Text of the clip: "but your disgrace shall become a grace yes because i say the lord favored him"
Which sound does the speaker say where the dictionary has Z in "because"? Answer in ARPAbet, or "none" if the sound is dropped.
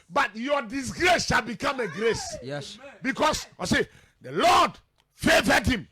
S